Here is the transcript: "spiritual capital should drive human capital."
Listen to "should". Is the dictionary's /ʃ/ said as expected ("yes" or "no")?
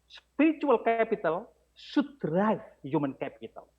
no